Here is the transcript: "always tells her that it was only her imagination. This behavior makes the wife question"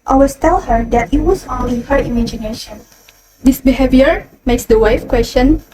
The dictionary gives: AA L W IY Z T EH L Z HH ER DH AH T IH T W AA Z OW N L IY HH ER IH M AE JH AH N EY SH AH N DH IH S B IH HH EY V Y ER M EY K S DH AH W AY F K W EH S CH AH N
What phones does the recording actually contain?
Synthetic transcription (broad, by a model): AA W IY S T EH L HH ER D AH T IH T W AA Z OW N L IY HH ER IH M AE JH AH N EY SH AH N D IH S B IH HH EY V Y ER M EY K S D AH W AY F K W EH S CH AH N